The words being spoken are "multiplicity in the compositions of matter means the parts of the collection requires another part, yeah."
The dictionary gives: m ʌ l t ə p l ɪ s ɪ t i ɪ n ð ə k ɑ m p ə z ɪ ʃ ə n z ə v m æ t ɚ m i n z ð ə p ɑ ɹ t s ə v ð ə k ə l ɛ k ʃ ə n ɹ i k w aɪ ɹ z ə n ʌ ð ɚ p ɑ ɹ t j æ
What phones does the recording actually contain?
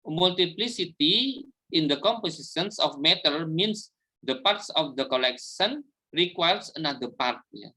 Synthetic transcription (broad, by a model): m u l t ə p l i s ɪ t i ɪ n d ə k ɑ m p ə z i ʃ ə n s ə f m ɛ t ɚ m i n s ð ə p ɑ ɹ t s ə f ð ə k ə l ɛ k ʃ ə n ɹ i k w aɪ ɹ s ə n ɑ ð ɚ p ɑ ɹ t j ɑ